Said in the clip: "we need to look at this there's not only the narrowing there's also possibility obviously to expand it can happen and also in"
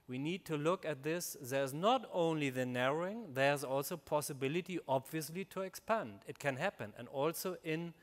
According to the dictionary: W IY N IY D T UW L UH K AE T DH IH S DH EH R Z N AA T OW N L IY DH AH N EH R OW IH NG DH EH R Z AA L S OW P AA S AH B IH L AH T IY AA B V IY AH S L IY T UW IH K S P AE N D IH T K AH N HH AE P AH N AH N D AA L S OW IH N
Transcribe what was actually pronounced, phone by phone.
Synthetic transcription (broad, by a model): W IY N IY D T UW L UH K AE T DH IH S DH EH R Z N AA T OW N L IY DH AH N EH R OW IH NG DH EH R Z AA L S OW P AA S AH B IH L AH T IY AA B V IY AH S L IY T UW IH K S P AE N D IH T K AH N HH AE P AH N AH N D AA L S OW IH N